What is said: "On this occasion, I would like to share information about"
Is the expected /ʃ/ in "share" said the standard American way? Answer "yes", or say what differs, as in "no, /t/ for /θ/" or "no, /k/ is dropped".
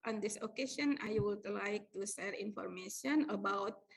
no, /s/ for /ʃ/